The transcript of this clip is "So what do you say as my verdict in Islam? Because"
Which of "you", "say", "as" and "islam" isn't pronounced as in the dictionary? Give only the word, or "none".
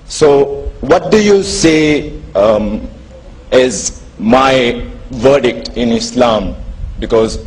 none